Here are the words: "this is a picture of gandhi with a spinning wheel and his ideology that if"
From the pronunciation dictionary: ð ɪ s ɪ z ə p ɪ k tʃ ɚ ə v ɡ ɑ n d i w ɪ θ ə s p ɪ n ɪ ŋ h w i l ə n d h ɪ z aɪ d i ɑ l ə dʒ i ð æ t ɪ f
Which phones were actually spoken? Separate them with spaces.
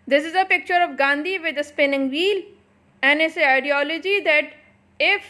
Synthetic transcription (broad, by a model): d ɪ s ɪ z ə p ɪ k tʃ ɚ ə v ɡ ɑ n d i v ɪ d ə s p ɪ n ɪ ŋ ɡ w i l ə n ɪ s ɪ aɪ d i ɑ l ə dʒ i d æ t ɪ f